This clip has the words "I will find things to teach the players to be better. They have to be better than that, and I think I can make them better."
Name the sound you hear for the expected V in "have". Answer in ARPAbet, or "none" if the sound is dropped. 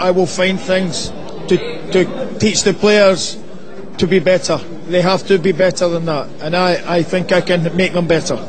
F